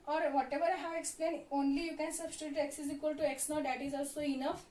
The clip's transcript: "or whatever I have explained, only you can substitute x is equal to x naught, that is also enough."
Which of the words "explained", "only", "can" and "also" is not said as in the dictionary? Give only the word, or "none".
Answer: explained